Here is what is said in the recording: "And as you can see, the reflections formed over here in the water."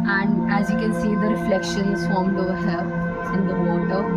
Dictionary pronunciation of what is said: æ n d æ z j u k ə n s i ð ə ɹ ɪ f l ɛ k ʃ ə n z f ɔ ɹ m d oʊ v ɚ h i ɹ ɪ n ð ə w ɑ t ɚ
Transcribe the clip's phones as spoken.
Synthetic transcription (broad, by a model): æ n d æ z j u k ə n s i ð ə ɹ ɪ f l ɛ k ʃ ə n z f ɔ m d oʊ ɚ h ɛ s ɪ n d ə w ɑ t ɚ